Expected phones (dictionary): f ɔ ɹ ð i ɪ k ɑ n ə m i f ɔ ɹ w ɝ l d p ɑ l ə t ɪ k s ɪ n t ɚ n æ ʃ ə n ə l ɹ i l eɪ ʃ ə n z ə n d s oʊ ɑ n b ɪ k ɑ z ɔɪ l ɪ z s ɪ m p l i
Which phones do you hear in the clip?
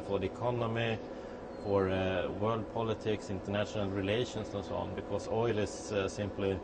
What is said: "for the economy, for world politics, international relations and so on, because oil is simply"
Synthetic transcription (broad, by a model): f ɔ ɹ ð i ɪ k ɑ n ə m i f ɔ ɹ w ɝ l d p ɑ l ə t ɪ k s ɪ n t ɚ n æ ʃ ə n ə l ɹ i l eɪ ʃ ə n s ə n s oʊ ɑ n b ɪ k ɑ s ɔɪ l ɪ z s ɪ m p l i